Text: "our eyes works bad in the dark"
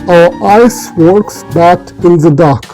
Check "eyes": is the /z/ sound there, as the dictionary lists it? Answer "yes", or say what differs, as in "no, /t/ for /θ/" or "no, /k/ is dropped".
no, /s/ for /z/